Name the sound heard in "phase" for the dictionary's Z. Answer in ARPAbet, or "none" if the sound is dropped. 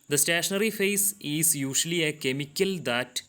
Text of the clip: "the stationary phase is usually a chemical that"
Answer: S